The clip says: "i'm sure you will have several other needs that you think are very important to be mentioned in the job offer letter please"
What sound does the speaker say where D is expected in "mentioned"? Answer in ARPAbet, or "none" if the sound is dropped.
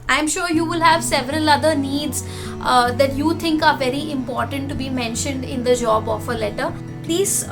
D